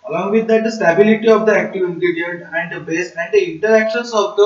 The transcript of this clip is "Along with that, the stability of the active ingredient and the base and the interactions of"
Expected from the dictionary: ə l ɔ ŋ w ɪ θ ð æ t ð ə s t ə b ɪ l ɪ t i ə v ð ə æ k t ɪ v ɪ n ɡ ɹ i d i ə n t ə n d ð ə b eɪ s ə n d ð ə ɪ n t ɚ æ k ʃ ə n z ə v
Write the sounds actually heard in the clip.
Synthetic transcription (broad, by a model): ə l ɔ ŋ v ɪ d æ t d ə s t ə b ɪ l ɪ t i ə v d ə æ k t ɪ v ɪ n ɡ ɛ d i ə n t ə n d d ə b eɪ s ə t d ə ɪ n t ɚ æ k ʃ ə n s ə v